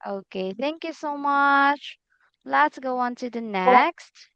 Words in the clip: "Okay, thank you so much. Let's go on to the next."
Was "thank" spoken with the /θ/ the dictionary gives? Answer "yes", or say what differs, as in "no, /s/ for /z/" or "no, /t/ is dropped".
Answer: yes